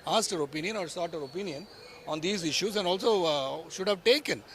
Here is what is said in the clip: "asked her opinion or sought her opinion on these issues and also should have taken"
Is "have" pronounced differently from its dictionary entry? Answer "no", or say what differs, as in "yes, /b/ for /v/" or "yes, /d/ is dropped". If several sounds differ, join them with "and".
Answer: no